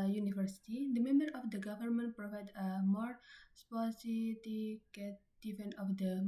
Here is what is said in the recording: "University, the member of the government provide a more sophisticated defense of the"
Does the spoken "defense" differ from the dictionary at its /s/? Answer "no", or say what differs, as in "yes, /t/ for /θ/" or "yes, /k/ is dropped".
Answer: yes, /s/ is dropped